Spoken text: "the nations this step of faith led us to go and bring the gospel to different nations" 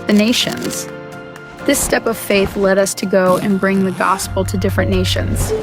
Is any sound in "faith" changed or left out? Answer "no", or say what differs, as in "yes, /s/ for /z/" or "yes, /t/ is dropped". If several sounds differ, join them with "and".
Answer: no